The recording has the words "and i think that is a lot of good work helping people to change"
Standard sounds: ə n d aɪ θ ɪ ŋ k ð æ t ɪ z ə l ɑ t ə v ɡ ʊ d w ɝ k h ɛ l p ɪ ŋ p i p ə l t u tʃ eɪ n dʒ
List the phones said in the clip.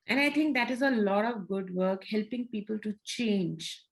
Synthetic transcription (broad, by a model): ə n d aɪ t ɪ ŋ k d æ t ɪ z ə l ɑ t ə v ɡ ʊ d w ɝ k h ɛ l p ɪ ŋ p i p ə l t u tʃ eɪ n dʒ